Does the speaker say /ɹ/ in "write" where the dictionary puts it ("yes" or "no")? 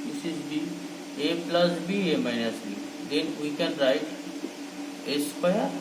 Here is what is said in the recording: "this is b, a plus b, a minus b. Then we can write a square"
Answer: yes